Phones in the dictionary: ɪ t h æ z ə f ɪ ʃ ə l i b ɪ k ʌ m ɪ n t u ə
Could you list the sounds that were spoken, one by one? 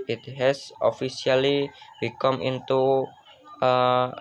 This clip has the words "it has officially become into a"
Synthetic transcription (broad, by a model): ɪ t h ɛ s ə f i s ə l i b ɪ k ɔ m ɪ n t u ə